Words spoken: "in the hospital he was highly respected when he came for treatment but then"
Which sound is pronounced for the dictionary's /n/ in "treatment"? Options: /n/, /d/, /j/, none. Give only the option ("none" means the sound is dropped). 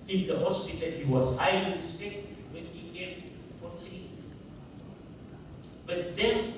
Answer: none